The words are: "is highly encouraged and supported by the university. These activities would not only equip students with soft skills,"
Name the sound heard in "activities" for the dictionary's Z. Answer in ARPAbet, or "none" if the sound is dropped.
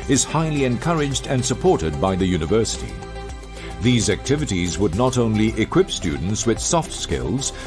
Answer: Z